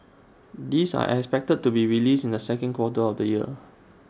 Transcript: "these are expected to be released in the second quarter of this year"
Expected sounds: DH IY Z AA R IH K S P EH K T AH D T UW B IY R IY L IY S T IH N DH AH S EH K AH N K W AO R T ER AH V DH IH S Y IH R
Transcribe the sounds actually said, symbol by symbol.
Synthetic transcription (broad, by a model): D IY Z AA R IH K S P EH K T AH D T UW B IY R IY L IY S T IH N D AH S EH K AH N K W AO T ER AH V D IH Y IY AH